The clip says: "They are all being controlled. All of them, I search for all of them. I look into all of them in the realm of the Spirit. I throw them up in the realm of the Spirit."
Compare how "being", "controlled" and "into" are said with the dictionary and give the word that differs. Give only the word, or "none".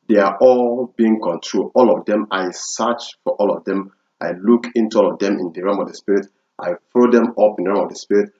controlled